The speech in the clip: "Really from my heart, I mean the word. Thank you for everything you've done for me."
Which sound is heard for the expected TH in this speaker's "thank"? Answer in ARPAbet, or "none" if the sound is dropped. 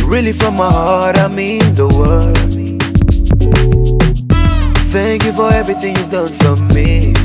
TH